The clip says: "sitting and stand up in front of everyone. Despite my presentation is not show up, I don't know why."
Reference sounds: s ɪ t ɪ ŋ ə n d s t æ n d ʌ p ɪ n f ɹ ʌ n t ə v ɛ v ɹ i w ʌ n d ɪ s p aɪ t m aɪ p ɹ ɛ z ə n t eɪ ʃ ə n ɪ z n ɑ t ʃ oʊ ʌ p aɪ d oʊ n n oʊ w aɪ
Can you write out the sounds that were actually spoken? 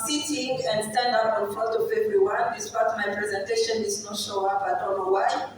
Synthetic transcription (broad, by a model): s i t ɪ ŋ ə n d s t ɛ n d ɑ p ɪ n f ɔ t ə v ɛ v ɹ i w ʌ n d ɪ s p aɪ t m aɪ p ɹ ɛ z ə n t eɪ ʃ ə n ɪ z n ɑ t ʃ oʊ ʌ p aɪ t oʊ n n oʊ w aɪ